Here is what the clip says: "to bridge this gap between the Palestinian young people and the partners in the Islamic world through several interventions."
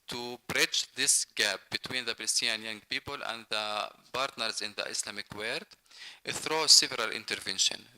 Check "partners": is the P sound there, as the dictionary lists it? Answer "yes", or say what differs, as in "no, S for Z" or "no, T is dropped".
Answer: no, B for P